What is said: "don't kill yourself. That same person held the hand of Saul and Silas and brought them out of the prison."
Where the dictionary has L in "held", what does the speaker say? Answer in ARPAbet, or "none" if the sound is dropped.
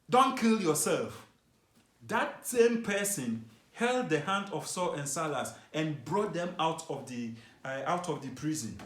L